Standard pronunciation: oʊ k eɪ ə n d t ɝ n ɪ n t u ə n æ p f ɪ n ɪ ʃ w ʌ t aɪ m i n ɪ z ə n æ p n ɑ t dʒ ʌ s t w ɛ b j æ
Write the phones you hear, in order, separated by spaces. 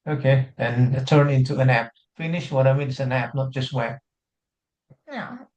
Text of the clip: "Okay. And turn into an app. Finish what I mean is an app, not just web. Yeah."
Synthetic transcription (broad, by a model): oʊ k eɪ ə n t ɝ n ɪ n t u ə n æ p f ɪ n ɪ ʃ w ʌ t aɪ m i n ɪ s ə n æ p n ɑ t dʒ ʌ s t w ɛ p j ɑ